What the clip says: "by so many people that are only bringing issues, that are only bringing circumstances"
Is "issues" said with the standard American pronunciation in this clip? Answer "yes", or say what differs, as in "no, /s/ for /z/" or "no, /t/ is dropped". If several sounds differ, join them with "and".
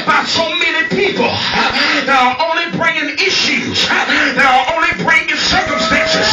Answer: yes